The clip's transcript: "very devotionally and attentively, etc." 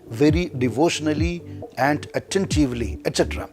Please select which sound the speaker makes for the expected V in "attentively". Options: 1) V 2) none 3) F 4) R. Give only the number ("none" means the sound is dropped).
1